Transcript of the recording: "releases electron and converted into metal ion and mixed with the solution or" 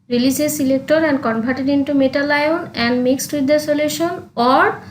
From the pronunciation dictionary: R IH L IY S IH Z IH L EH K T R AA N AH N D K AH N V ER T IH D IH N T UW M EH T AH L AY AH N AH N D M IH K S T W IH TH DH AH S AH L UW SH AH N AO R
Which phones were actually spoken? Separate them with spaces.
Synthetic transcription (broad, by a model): R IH L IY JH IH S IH L EH K T AA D AH N D K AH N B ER T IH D IH N T UW M EH T AH L AY AH N AH N D M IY K S T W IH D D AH S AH L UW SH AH N AO R